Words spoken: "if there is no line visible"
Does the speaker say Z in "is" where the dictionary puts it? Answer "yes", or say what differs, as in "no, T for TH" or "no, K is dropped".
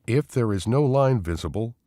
yes